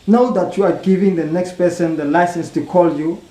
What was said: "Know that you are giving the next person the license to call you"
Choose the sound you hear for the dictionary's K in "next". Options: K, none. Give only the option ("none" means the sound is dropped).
K